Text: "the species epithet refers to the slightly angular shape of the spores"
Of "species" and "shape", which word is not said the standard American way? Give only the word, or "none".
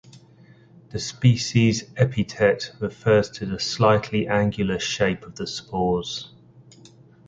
none